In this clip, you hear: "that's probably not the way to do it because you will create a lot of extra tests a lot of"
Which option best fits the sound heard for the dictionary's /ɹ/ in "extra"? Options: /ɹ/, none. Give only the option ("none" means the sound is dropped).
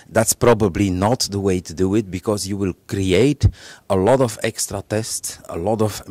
/ɹ/